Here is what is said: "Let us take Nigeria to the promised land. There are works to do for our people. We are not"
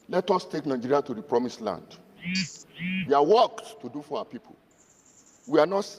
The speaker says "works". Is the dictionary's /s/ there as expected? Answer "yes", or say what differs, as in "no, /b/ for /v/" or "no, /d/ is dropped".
no, /s/ is dropped